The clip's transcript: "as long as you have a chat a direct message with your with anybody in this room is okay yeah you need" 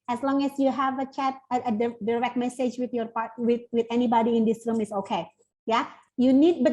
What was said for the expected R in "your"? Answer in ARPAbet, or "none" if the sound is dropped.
W